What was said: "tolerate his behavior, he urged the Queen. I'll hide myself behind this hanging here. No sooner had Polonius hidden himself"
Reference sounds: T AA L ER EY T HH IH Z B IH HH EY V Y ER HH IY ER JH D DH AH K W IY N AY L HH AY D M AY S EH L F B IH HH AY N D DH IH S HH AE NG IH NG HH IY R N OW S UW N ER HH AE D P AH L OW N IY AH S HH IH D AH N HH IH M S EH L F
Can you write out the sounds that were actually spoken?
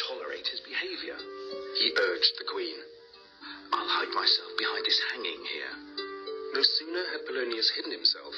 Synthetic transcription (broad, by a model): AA L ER EY T HH IH Z B IH HH EY V Y ER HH IY ER JH DH AH K W IY N AY L HH AY D M AY S EH L F B IH HH AY N D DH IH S HH AE NG IH NG HH IY R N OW S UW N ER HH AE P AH L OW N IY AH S HH IH D N HH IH M S EH L F